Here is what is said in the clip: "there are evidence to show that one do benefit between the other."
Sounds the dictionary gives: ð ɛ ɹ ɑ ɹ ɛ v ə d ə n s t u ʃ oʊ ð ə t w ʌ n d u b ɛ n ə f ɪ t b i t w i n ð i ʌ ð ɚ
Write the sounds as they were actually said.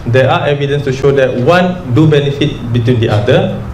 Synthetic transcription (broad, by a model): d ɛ ɑ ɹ ɛ v ə d ə n s t u ʃ oʊ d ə t w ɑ n d u b ɛ n ə f ɪ t b i t w i n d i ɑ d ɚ